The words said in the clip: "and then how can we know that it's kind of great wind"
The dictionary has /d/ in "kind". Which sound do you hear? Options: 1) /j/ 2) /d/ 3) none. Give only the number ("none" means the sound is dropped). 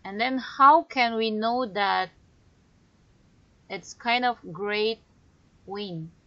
2